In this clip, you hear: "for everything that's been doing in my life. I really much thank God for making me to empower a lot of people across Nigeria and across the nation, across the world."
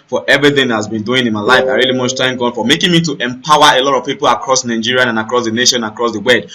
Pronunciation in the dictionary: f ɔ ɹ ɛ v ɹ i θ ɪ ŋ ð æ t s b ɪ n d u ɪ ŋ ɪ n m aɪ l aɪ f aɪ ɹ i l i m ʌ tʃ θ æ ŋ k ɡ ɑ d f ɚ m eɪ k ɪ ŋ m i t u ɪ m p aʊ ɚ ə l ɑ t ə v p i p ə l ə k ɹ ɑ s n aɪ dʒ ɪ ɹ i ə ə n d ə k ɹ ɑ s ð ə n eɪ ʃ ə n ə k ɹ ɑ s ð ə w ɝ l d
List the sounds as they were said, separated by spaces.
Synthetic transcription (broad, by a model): f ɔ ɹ ɛ v ɹ i θ ɪ ŋ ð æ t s b ɪ n d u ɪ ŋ ɪ n m aɪ l aɪ f aɪ ɹ i l i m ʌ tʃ t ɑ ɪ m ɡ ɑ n f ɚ m eɪ k ɪ ŋ m i t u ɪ m p aʊ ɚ ə l ɑ t ə v p i p ə l ə k ɹ ɑ s n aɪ dʒ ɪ ɹ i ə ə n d ə k ɹ ɑ s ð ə n eɪ ʃ ə n ə k ɹ ɑ s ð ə w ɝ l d